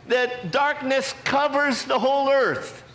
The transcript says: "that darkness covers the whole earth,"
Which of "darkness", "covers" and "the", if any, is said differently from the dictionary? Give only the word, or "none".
none